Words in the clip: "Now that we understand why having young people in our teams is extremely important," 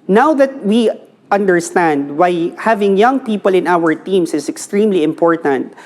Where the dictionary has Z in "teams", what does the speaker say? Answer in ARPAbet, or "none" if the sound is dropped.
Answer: S